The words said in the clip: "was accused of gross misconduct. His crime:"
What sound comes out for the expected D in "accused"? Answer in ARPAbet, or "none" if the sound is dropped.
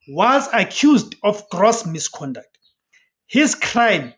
D